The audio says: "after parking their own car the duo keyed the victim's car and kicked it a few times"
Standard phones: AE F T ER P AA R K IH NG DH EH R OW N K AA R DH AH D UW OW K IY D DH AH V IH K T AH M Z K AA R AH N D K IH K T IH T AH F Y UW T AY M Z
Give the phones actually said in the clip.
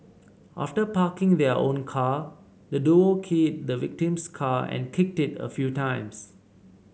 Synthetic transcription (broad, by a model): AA F T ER P AA K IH NG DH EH OW N K AA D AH D UW OW K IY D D AH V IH K T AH M S K AA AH N K IH K T IH T AH F Y UW T AY M S